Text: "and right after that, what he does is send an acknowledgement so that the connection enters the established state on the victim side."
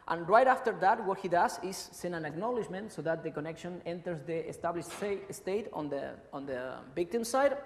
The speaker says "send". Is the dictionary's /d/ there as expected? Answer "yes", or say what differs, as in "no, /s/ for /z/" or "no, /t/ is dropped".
no, /d/ is dropped